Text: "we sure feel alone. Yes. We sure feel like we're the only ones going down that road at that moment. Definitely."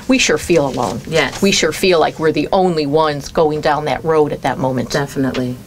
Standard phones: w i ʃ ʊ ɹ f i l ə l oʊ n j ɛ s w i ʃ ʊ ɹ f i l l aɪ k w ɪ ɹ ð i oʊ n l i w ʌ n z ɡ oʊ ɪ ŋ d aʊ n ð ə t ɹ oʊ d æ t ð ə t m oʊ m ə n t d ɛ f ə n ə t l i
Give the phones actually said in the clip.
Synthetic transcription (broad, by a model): w i ʃ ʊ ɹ f i l ə l oʊ n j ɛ w i ʃ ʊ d f i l l aɪ k w ɪ ɹ ð i oʊ n l i w ʌ n z ɡ oʊ ɪ ŋ d aʊ n ð ə t ɹ oʊ d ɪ t ð ə t m oʊ m ə n t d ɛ f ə n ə t l i